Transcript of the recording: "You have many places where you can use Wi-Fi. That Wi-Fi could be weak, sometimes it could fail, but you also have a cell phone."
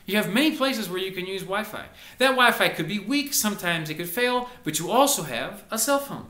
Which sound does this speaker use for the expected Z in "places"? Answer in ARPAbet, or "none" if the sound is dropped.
Z